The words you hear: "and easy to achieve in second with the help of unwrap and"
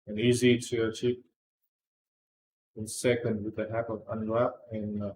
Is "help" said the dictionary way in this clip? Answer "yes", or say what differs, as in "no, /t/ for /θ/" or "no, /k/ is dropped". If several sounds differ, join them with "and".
no, /l/ is dropped